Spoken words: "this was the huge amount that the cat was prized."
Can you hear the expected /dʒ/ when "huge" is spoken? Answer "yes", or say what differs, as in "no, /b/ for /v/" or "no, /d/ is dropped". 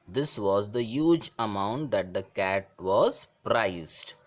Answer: yes